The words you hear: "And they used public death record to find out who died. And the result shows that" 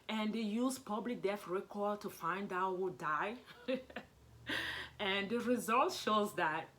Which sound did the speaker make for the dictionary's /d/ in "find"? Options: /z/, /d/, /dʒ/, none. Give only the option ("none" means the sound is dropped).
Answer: /d/